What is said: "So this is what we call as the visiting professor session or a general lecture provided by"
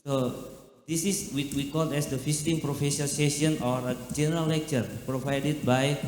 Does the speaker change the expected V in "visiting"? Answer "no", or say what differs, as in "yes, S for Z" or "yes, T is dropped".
yes, F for V